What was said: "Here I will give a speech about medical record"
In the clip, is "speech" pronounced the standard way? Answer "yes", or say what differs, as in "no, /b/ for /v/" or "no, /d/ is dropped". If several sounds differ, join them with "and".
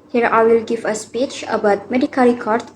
yes